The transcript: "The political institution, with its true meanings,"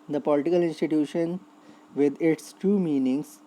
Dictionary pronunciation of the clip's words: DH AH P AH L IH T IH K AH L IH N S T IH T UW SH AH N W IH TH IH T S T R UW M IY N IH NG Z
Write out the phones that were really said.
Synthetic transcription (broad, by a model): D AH P AH L IH T IH K AH L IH N S T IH T UW SH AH N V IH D IH T S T UW M IY N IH NG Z